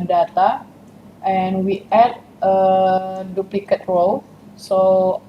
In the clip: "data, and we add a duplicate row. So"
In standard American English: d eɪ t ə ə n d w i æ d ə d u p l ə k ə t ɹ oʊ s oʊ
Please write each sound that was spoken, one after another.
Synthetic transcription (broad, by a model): d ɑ t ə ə n w i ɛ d ə d u p l ə k ə t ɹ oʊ s oʊ